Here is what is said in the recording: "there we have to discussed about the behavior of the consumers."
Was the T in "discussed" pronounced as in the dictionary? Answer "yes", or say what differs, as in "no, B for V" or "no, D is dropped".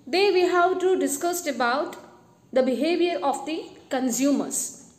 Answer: yes